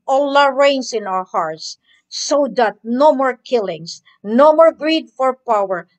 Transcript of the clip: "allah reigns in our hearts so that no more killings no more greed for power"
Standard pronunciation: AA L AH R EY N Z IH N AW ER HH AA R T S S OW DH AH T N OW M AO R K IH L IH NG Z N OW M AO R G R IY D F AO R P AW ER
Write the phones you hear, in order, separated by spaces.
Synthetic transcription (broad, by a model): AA L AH R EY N S IH N AW ER HH AA R T S S OW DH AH T N OW M AO R K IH L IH NG S N OW M AO R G R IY D F AO R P AW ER